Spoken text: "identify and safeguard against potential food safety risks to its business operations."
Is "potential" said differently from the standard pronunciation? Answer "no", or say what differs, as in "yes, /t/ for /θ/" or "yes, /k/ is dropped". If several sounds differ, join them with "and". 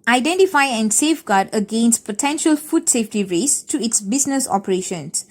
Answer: no